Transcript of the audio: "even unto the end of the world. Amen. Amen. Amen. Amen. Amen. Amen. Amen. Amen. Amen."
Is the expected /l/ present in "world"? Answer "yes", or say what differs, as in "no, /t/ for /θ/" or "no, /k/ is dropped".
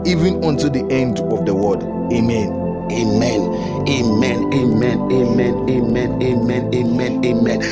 no, /l/ is dropped